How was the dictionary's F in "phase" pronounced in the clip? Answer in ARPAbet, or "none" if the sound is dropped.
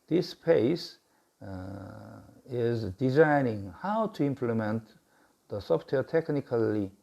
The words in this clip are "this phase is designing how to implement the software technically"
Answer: P